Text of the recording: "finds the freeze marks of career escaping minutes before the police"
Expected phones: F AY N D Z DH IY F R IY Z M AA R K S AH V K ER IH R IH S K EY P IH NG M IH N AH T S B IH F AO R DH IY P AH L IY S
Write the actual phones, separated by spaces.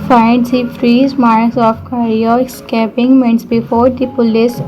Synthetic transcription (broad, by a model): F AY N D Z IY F R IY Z M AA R S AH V K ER R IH S K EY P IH NG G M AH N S B IH F AO R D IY P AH L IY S